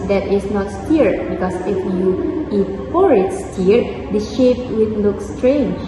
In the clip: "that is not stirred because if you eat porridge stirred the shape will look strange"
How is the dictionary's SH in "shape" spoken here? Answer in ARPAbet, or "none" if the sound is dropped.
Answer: SH